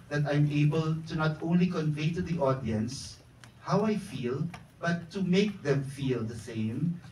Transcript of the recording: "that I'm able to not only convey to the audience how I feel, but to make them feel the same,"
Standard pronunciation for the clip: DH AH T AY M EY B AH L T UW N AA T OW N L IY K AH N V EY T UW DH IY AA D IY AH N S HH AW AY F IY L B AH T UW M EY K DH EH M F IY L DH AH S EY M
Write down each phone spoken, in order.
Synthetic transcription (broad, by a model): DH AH T AY M EY B AH L T UW N AA T OW N L IY K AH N V EY T UW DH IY AA D IY AH N S HH AW AY F IY L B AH T UW M EY K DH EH M F IY L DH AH S EY M